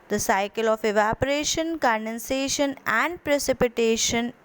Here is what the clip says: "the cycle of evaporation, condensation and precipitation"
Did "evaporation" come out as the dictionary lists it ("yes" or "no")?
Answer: yes